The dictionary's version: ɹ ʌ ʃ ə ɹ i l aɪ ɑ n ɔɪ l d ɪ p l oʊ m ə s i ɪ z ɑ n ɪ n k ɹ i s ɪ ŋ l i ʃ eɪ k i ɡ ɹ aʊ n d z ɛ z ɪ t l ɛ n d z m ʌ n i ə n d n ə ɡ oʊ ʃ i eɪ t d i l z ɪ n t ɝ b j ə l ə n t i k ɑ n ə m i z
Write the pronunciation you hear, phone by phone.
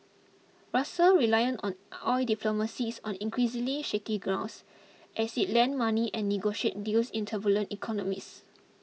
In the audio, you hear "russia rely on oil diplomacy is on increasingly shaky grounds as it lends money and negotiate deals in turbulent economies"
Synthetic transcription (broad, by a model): ɹ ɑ s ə ɹ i l aɪ ɑ n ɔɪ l d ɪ p l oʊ m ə s i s ɑ n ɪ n k ɹ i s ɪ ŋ l i ʃ eɪ k i ɡ ɹ aʊ n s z ɛ s ɪ t l ɛ n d m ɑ n i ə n n ə ɡ oʊ ʃ i eɪ t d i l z ɪ n t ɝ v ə l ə n t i k ɑ n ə m i s